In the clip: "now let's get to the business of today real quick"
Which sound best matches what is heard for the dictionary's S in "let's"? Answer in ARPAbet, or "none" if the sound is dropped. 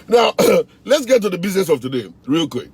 S